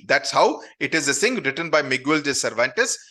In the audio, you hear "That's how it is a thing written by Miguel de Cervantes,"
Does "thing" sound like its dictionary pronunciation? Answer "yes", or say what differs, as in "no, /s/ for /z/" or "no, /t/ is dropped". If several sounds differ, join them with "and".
no, /s/ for /θ/